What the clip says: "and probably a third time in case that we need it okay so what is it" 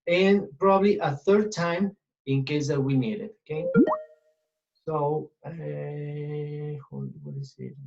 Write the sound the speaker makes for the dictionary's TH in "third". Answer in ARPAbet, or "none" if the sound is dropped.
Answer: TH